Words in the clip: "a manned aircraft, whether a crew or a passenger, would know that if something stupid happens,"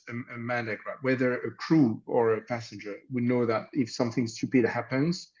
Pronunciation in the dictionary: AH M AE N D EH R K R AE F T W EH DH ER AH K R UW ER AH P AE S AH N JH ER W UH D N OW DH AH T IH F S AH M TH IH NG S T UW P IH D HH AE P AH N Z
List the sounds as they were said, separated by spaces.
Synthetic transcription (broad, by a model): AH M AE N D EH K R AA T W EH DH ER AH K R UW ER AH P AE S AH N JH ER W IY N OW DH AH T IH F S AH M TH IH NG S T UW P IH D HH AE P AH N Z